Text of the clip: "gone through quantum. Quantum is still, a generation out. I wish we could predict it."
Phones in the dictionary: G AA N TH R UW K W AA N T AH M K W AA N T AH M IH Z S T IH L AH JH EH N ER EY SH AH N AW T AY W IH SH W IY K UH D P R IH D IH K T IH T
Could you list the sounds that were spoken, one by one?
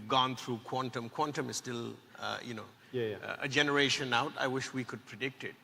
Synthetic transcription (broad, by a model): G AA N T R UW K W AA N T AH M K W AA N T AH M IH Z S T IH L AH JH EH N ER EY SH AH N AW T AY W IH SH W IY K UH D P R IH D IH K T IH T